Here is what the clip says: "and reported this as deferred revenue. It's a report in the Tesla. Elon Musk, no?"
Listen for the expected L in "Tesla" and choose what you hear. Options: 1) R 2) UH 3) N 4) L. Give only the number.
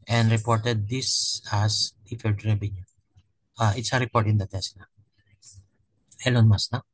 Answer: 3